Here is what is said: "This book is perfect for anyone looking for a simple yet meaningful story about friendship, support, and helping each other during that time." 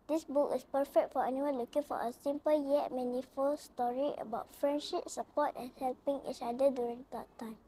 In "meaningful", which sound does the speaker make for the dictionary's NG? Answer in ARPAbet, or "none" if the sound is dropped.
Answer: none